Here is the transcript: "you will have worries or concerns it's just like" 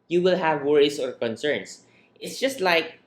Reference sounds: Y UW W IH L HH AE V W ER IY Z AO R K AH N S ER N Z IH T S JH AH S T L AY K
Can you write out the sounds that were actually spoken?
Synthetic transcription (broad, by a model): Y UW W IH L HH AE V W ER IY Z AO R K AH N S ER N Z IH T S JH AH S T L AY K